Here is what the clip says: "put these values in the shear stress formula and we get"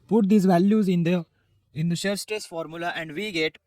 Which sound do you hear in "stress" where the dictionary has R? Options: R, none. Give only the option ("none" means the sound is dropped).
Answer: none